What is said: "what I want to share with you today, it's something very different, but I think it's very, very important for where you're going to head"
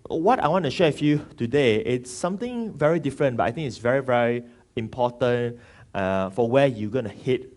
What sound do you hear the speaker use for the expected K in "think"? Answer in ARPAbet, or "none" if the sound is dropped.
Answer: none